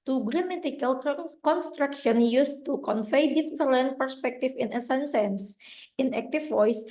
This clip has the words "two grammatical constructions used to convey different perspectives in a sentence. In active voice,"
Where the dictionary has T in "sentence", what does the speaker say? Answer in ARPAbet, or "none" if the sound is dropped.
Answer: S